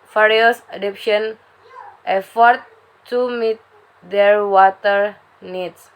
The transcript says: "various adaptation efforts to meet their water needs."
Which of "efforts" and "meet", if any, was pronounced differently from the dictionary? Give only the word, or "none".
efforts